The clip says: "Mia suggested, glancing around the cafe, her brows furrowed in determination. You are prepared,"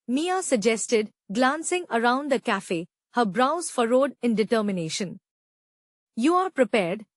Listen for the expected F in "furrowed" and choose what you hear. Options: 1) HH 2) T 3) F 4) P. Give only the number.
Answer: 3